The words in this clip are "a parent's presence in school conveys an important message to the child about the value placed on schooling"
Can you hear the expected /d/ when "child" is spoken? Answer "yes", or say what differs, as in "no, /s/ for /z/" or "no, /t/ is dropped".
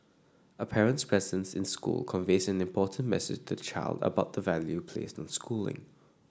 yes